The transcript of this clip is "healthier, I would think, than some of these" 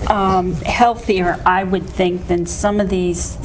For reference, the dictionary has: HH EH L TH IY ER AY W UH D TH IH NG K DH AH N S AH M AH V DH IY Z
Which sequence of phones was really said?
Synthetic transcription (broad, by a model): HH EH L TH IY ER AY W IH D TH IH NG K DH AH N S AH M AH V DH IY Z